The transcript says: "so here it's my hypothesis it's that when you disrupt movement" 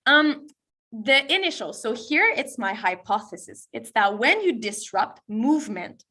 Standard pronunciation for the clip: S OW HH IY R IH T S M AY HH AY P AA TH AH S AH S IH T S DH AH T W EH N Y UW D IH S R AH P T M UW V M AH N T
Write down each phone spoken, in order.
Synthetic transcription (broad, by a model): S OW HH IY R IH T S M AY HH AY P AA TH AH S AH S IH T S DH AH T W EH N Y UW D IH S R AH P T M UW V M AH N T